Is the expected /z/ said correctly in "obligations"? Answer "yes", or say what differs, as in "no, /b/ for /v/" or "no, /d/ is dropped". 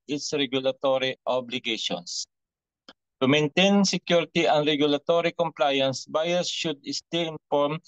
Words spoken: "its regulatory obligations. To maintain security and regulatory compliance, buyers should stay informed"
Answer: no, /s/ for /z/